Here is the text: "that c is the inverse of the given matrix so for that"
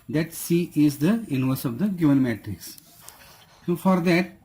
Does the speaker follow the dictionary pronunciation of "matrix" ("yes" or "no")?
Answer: yes